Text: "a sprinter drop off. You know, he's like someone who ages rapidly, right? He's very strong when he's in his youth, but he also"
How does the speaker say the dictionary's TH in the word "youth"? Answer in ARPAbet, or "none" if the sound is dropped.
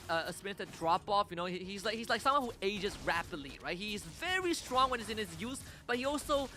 S